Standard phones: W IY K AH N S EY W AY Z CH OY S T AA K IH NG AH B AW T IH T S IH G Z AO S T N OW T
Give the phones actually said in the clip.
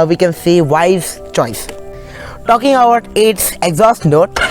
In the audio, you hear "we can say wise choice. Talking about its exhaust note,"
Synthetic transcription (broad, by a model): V IY K AH N S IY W AY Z CH OY S T AA K IH NG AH UH T IH T S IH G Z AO S T N OW T